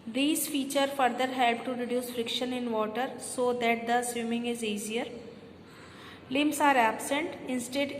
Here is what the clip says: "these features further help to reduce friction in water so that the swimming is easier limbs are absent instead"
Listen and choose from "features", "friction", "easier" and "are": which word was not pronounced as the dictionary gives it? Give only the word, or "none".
features